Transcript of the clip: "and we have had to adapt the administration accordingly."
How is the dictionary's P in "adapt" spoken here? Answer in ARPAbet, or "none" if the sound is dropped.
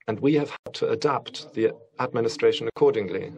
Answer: P